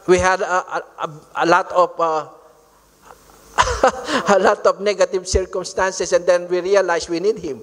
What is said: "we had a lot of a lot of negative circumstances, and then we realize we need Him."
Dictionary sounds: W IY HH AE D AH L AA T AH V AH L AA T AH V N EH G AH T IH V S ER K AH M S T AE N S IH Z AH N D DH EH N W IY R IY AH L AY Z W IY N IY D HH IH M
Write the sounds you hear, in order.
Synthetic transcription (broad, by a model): W IY HH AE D AH L AA T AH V AH L AA T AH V N EH G AH T IH V S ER K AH M S T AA N S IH S AH N D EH N W IY R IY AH L AY S W IY N IY D HH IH M